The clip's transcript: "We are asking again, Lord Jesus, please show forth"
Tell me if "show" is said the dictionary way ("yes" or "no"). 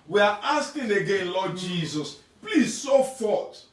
no